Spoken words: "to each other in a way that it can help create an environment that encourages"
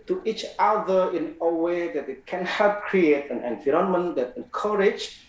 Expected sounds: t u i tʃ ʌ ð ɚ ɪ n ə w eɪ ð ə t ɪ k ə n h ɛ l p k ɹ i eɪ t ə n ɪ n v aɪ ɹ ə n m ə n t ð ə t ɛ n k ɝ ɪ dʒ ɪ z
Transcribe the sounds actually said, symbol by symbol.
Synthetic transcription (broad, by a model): t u i tʃ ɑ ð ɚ ɪ n ə w eɪ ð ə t ɪ k ə n h ɛ l p k ɹ i eɪ t ə n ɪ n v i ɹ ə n m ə n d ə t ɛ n k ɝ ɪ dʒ